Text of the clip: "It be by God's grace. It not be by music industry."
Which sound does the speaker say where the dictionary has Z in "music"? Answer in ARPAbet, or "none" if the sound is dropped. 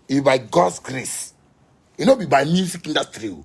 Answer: S